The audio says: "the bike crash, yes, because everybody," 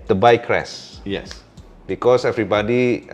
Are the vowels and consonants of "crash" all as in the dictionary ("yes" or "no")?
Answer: no